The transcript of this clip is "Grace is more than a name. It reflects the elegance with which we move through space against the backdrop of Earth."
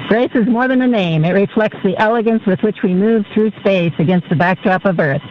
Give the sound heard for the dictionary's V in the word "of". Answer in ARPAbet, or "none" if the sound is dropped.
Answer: V